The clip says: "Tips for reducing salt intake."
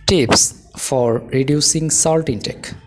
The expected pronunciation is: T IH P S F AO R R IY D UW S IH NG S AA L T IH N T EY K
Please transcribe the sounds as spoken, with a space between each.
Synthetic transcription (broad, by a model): T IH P S F AO R R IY D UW S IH NG S AA L T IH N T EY K